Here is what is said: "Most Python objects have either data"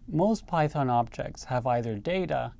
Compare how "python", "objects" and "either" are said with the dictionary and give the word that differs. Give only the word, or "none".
none